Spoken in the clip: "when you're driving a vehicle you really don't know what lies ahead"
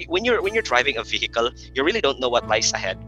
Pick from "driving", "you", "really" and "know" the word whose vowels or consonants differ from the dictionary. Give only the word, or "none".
none